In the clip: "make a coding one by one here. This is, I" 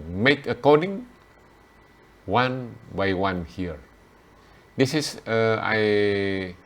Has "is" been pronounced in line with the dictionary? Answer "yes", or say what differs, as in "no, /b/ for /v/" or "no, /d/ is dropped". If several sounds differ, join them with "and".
no, /s/ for /z/